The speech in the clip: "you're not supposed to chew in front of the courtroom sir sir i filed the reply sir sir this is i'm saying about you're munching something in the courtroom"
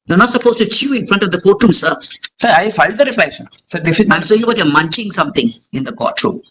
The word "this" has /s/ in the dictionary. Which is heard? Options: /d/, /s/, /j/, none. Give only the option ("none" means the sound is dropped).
none